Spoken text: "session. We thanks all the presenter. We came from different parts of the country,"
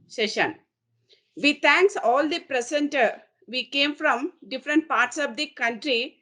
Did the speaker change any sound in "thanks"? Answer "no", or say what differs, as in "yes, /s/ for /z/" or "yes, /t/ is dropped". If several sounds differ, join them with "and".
yes, /t/ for /θ/